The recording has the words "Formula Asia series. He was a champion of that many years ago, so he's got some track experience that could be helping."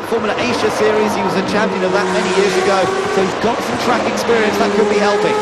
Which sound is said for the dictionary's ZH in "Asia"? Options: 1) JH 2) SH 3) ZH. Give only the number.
2